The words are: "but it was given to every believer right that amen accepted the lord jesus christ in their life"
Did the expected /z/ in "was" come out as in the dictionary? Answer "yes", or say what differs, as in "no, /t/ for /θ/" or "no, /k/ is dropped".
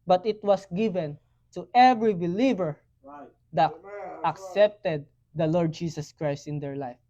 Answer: no, /s/ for /z/